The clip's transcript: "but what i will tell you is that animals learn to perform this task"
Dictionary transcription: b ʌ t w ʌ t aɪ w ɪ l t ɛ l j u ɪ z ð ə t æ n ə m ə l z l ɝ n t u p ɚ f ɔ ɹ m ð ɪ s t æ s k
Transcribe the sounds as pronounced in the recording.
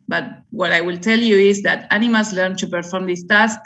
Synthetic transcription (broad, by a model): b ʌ t w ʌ t aɪ w ɪ l t ɛ l j u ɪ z ð ə t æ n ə m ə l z l ɝ n t u p ɚ f ɔ ɹ m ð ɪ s t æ s k